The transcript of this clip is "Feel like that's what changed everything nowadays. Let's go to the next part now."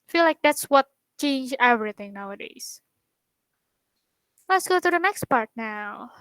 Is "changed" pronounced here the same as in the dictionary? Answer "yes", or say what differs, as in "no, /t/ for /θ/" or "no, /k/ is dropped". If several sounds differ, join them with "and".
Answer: no, /d/ is dropped